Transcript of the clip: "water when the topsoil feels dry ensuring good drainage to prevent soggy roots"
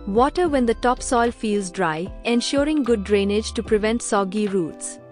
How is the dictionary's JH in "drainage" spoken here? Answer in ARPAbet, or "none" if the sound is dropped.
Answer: JH